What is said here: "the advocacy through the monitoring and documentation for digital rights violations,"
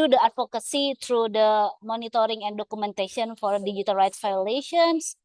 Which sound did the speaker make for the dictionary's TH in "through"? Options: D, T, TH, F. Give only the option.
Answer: T